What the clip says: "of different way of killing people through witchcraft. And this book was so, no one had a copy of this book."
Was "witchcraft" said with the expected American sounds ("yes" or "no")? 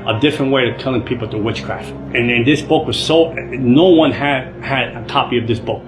yes